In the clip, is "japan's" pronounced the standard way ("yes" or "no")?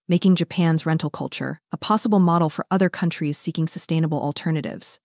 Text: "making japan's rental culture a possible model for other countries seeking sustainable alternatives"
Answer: yes